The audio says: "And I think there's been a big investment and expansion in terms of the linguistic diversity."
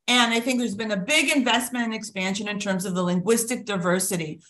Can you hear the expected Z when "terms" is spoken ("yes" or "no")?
yes